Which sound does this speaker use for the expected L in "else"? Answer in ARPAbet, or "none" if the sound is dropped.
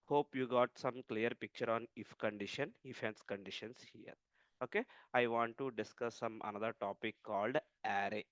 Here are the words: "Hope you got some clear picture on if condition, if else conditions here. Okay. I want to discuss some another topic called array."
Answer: N